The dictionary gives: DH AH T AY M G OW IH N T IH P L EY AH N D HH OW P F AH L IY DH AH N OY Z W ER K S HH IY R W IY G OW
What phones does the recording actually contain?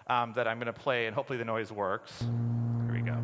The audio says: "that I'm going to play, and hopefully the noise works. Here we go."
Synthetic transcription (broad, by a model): DH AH T AY M G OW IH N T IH P L EY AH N HH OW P F L IY DH AH N OY Z W ER K S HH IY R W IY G OW